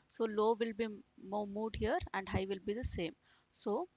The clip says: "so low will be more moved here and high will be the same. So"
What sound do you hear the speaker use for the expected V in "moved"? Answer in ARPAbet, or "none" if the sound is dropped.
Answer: none